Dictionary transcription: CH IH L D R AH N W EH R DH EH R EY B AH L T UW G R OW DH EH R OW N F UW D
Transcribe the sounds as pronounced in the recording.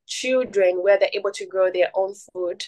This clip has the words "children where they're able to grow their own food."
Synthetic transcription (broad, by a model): CH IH L D R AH N W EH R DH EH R EY B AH L T UW G R OW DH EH R OW N F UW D